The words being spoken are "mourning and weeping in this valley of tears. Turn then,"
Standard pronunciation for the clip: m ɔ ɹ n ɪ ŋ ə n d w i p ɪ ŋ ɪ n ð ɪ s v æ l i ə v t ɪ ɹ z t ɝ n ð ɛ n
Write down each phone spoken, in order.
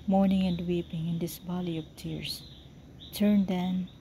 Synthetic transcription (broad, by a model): m ɔ ɹ n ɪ ŋ ə n d w i p ɪ ŋ ɪ n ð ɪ s b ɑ l i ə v t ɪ ɹ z t ɝ n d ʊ n